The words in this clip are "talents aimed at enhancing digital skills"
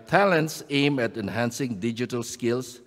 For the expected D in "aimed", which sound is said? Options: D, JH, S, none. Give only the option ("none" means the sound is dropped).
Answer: none